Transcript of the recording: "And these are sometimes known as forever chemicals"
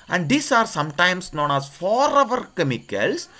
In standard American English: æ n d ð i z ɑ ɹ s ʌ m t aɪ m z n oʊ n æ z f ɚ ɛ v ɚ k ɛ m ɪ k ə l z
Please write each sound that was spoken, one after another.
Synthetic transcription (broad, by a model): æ n d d i s ɑ ɹ s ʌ m t aɪ m s n oʊ n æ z f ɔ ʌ v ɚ k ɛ m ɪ k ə l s